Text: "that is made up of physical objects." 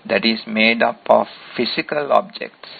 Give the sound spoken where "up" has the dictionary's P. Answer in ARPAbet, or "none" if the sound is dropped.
P